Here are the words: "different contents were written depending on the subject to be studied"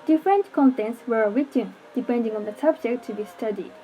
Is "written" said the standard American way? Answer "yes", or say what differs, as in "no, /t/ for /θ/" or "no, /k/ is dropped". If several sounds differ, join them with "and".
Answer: no, /w/ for /ɹ/